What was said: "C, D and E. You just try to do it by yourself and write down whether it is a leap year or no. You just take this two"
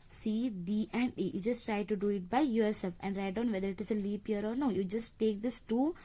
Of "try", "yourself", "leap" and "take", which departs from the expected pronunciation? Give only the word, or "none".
yourself